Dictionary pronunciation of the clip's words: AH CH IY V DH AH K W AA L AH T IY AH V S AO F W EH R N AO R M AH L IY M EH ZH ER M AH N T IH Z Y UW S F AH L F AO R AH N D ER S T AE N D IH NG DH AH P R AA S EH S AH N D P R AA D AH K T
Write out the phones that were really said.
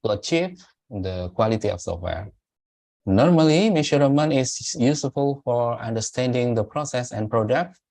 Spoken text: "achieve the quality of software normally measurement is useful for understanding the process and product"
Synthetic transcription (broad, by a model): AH CH IY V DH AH K W AA L AH T IY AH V S AO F W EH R N AO R M AH L IY M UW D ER M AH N IH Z Y UW S F AH L F AO R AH N D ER S T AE N D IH NG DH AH P R AA S EH S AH N P R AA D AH K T